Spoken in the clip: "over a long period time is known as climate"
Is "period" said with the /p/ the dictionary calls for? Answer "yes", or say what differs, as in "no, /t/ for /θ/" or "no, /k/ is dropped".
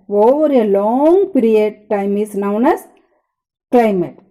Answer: yes